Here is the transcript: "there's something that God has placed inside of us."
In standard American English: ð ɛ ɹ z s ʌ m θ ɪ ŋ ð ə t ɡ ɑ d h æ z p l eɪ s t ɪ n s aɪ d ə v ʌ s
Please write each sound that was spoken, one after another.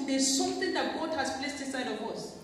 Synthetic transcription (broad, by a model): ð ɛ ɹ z s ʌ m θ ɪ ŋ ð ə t ɡ ɑ d h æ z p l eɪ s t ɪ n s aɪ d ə w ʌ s